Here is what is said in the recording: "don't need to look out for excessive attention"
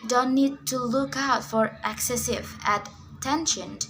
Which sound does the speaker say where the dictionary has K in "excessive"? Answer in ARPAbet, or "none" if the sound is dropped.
K